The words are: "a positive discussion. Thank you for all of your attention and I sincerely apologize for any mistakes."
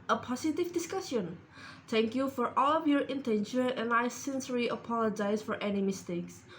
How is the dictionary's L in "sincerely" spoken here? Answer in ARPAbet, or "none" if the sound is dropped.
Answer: none